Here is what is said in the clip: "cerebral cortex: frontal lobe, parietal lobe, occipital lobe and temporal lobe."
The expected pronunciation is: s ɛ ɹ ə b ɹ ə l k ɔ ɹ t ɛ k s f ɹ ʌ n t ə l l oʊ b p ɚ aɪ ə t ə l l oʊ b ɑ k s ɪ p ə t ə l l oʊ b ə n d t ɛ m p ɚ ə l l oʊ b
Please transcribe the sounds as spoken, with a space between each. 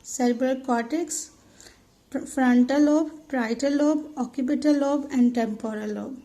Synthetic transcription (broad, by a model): s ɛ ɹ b ɹ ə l k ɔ t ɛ k s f ɹ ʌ n t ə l l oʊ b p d aɪ t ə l l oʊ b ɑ k ɪ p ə t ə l l oʊ b ə n d t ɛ m p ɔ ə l l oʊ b